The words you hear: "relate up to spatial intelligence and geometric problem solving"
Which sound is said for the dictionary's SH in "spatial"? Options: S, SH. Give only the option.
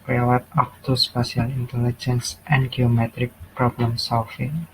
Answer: S